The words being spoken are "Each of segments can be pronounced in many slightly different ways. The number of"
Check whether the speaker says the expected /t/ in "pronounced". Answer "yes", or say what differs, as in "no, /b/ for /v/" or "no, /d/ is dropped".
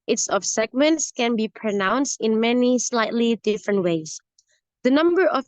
yes